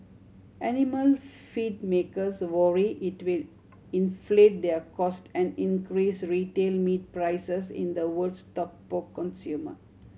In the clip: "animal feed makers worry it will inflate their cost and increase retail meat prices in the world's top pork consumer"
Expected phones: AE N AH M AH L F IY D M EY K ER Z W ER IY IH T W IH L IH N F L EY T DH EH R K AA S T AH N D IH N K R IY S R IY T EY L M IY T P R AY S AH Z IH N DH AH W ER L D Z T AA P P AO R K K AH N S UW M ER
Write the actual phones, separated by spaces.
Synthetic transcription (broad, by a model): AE N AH M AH L F IY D M EY K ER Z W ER IY IH T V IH L IH N F L EY T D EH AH K AA S T AH N D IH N K R IY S R IY T EY L M IY T P R AY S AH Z IH N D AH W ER D S T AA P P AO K K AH N S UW M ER